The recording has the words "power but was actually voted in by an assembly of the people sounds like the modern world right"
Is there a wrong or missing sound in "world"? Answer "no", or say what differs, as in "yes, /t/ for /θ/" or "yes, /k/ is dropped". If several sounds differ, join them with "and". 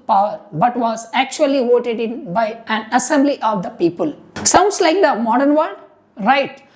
yes, /l/ is dropped